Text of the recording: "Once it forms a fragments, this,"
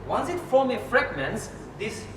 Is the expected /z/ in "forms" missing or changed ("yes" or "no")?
yes